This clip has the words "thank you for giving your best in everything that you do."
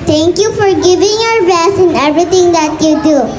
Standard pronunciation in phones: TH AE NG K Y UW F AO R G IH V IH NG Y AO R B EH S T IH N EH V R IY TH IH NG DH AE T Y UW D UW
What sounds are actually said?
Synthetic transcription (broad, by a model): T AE NG K Y UW F AO R G IH V IH NG Y AO R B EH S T IH N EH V R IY T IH NG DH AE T Y UW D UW